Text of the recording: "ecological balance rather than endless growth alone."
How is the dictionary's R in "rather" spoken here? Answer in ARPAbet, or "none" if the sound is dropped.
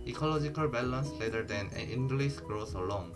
L